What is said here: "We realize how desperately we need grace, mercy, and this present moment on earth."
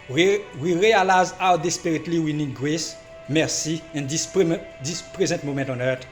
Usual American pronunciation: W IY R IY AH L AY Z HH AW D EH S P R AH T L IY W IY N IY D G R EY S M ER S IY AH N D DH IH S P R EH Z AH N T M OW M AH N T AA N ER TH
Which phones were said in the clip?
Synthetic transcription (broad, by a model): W IY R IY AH L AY Z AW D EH S P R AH T L IY W IY N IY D G R EY S M ER S IY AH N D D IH S P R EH Z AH T M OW M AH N T AA N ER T